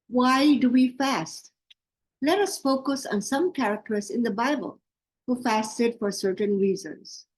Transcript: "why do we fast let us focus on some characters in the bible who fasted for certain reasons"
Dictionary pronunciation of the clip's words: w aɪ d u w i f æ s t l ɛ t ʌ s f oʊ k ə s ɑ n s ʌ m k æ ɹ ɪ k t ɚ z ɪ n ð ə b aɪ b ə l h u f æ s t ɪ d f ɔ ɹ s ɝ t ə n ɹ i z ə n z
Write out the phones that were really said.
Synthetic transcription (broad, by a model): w aɪ d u w i f æ s t l ɛ t ʌ s f oʊ k ə s ɑ n s ʌ m k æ ɹ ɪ k t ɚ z ɪ n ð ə b aɪ b ə l h u f æ s t ɪ d f ɔ ɹ s ɝ t ə n ɹ i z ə n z